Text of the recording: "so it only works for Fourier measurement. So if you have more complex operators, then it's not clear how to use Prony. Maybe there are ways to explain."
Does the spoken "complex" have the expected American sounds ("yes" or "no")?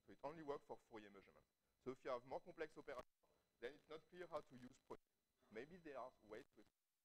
no